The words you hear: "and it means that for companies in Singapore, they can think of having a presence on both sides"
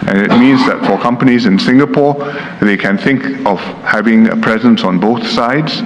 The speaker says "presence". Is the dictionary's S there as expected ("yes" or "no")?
yes